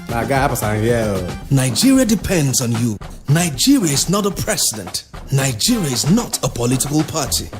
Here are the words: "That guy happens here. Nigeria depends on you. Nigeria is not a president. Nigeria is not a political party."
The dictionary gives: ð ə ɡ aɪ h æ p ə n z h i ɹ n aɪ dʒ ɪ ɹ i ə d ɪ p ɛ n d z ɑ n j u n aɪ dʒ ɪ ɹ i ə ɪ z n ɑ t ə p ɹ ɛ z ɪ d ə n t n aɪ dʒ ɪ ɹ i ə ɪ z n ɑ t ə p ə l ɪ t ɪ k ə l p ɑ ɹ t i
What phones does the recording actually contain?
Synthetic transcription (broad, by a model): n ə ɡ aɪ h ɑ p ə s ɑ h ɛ l n aɪ dʒ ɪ ɹ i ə d ɪ p ɛ n d z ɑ n j u n aɪ dʒ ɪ ɹ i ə ɪ z n ɑ t ə p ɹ ɛ s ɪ d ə n t n aɪ dʒ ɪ ɹ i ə ɪ z n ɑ t ə p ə l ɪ t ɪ k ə l p ɑ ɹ t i